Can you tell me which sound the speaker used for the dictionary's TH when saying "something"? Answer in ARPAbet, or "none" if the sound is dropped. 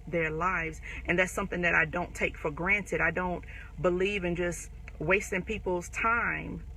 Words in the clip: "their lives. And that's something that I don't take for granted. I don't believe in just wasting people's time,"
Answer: TH